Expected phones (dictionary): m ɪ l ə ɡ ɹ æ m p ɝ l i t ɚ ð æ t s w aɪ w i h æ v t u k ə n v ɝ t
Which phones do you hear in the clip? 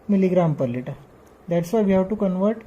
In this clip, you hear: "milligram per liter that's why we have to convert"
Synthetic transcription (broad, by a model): m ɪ l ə ɡ ɹ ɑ m p ɝ l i t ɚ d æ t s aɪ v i h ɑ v t u k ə n v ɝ t